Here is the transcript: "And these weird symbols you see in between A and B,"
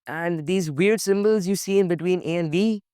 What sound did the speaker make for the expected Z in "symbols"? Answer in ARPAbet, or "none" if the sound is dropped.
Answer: Z